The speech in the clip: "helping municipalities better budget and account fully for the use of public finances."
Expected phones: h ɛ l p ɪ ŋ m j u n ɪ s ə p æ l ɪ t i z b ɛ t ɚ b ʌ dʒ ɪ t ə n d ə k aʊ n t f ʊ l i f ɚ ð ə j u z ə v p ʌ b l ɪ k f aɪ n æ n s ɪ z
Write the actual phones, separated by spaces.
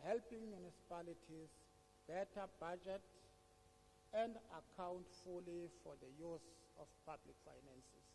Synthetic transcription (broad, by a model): h ɛ l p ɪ ŋ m j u n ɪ s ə p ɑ l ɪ t i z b ɛ t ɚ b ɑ dʒ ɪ t ə n d ə k aʊ n t f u l i f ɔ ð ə j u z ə f p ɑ b l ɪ k f aɪ n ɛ n s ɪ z